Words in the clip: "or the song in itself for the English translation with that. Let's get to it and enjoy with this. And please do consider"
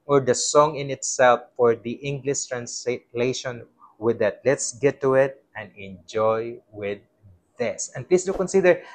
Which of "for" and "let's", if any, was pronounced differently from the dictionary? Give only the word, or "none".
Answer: none